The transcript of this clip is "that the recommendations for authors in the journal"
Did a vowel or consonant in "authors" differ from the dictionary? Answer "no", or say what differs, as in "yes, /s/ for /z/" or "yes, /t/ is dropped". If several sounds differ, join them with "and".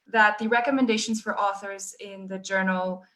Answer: no